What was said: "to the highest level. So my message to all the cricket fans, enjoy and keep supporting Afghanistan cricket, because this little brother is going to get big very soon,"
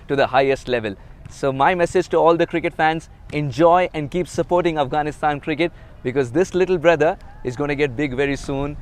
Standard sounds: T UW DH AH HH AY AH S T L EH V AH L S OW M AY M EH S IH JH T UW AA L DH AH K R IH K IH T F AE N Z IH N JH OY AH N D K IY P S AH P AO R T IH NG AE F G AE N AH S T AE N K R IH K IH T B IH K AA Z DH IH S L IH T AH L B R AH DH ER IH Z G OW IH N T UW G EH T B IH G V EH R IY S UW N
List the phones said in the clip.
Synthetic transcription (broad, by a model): T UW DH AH HH AY AH S T L EH V AH L S OW M AY M EH S IH JH T UW AA L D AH K R IH K IH T F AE N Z IH N JH OY AH N D K IY P S AH P AO R T IH NG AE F G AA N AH S T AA N K R IH K IH T B IH K AA Z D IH S L IH T AH L B R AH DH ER IH Z G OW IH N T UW G EH T B IH G V EH R IY S UW N